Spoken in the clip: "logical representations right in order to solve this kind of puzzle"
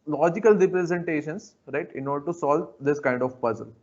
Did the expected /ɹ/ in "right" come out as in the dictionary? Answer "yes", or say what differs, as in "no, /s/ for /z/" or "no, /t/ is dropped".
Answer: yes